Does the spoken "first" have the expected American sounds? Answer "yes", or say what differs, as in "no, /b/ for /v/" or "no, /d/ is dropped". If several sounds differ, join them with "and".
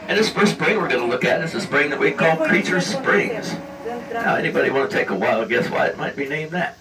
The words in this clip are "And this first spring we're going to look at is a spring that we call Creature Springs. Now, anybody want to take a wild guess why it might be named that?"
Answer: no, /p/ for /f/